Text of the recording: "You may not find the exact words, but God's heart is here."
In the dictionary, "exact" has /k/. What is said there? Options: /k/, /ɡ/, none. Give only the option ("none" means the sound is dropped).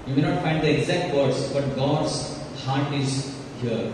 /k/